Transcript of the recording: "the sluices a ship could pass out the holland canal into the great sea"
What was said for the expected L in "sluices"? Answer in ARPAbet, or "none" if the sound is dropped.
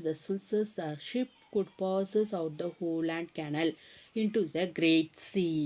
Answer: none